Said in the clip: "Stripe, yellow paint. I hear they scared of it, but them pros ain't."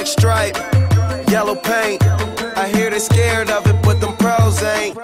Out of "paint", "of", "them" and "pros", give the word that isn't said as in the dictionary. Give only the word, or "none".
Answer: none